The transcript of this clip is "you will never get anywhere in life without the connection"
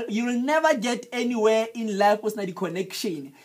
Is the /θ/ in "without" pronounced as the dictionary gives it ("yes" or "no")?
no